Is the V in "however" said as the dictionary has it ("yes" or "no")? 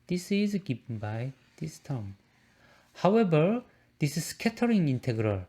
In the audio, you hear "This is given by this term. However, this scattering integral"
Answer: no